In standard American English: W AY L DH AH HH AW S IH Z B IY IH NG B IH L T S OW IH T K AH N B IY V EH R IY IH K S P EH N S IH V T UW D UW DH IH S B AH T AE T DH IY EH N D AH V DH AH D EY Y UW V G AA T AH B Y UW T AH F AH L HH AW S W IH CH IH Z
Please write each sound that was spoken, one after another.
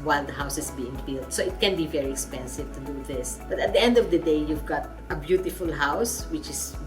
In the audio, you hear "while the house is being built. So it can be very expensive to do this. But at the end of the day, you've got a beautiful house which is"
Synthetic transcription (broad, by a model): W AY L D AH HH AW S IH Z B IY IH NG B IH L T S OW IH T K AH N B IY V EH R IY IH K S P EH N S IH V T UW D UW DH IH S B AH T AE T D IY EH N D AH V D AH D EY Y UW V G AA T AH B Y UW T AH F AH L HH AW S W IH CH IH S